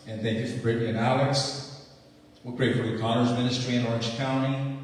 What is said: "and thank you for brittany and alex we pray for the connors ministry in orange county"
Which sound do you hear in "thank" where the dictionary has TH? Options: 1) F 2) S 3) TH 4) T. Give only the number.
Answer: 3